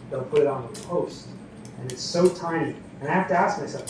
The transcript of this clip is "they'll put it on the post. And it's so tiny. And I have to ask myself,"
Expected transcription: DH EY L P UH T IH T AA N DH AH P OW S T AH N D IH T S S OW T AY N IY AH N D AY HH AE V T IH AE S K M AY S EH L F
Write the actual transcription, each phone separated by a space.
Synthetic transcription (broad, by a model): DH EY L P UH T IH T N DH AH P OW S T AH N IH T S S OW T AY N IY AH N AY HH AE F T IH AE S K M AY S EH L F